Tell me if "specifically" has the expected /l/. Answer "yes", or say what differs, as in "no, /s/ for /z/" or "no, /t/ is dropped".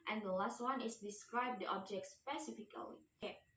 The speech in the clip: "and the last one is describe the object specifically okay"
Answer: no, /l/ is dropped